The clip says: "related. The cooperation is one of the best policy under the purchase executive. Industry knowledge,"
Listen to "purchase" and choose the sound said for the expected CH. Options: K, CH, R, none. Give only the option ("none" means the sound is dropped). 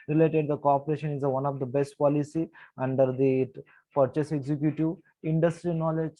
CH